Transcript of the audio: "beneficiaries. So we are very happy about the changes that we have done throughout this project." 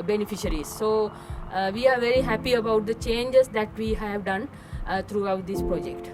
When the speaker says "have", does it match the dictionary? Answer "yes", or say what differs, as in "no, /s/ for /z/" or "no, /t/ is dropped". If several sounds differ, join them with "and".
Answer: yes